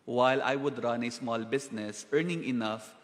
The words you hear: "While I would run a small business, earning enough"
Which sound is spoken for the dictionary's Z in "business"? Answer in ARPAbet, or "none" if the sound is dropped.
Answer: S